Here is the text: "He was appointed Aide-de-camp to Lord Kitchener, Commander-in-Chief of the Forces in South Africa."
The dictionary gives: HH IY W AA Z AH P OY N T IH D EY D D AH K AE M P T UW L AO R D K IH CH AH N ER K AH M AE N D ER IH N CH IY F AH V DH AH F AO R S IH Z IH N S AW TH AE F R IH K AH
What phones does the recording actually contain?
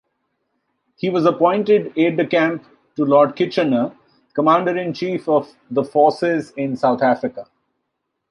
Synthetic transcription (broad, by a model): HH IY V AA Z AH P OY N T IH D EY D D AH K AE M P T UW L AO R D K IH CH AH N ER K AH M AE N D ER IH N CH IY F AH V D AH F AO R S IH Z IH N S AW T AE F R IH K AH